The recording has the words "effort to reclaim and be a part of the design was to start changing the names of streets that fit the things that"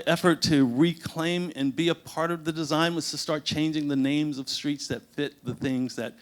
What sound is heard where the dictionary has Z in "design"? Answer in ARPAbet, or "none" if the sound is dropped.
Z